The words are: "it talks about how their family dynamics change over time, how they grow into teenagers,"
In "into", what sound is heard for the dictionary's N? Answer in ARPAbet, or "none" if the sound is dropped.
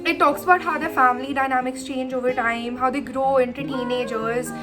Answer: N